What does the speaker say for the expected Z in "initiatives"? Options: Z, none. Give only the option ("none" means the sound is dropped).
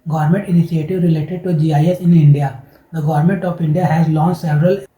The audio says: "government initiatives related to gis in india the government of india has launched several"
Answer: none